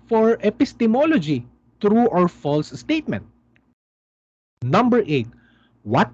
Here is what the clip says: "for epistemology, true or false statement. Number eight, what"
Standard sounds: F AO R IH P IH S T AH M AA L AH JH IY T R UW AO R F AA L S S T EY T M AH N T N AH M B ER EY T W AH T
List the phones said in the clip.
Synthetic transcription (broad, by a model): F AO R IH P IH S T AH M AA L AH JH IY T R UW AO R F AA L S S T EY T M AH N T N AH M B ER EY T W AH T